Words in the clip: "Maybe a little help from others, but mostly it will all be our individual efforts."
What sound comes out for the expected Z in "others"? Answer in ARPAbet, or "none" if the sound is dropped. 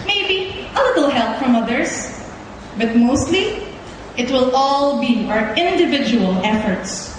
S